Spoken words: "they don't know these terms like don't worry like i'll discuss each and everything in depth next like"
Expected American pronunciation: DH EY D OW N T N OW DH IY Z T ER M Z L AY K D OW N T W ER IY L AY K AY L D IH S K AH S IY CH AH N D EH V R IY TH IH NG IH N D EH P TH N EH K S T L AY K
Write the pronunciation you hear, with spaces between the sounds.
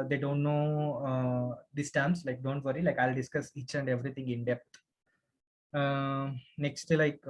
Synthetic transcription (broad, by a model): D EY D OW N T N OW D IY S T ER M S L AY K D OW N T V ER IY L AY K AY L D IH S K AH S IY CH AH N D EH V R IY T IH NG IH N D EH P T N EH K S T L AY K